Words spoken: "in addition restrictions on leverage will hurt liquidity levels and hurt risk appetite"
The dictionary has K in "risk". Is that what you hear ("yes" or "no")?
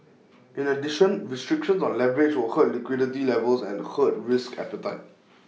yes